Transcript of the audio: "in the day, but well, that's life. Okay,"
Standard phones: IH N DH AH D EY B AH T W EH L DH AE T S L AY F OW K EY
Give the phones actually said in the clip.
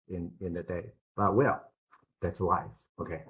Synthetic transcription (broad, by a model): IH N DH AH D EY B AH T W EH L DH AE T S W AY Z OW K EY